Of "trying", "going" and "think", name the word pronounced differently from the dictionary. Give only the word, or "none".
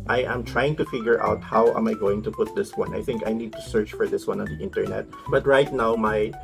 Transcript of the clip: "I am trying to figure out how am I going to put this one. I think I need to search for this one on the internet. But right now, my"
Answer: none